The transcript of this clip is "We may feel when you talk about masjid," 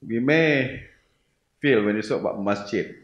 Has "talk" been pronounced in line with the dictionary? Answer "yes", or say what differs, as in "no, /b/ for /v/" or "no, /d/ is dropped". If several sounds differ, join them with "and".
no, /s/ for /t/